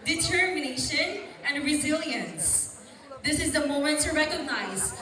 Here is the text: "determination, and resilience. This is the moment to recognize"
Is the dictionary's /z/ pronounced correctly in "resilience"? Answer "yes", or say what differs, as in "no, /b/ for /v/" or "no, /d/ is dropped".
yes